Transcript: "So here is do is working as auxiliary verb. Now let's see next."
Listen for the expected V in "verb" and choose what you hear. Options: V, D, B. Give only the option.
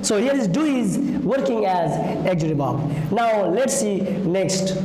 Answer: B